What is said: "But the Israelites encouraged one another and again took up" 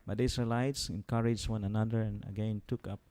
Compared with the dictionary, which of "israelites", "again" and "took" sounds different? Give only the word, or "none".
israelites